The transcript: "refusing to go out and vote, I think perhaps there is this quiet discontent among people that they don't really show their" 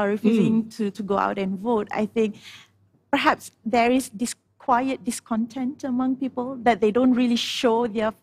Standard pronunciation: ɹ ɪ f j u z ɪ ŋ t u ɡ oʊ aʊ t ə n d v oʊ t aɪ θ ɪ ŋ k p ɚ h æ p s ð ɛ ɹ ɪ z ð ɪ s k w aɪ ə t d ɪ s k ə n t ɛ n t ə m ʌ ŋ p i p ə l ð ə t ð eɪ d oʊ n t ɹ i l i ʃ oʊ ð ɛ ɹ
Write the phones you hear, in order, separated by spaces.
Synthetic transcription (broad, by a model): ɹ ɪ f j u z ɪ ŋ t u ɡ oʊ aʊ t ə n v oʊ t aɪ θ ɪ ŋ k p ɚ h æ p s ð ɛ ɹ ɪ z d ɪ s k w aɪ ə t d ɪ s k ə n t ɛ n t ə m ʌ ŋ p i p ə l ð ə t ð eɪ d oʊ n t ɹ i l i ʃ oʊ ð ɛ